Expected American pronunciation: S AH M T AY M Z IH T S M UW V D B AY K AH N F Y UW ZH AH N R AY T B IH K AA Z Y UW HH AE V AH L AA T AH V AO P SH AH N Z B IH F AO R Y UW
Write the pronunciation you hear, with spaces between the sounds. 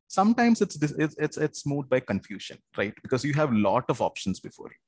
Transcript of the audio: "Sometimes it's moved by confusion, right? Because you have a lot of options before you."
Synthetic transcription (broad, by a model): S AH M T AY M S IH T S M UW D B AY K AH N F Y UW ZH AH N R AY T B IH K AA Z Y UW HH AE V L AA T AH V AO P SH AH N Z B IH F AO R Y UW